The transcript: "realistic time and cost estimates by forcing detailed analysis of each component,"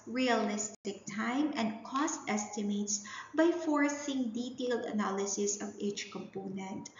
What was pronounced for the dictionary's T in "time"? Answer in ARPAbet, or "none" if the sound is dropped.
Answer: T